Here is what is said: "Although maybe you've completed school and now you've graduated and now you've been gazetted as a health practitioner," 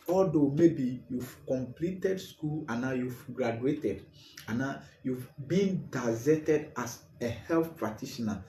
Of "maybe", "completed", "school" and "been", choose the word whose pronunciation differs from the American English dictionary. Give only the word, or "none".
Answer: none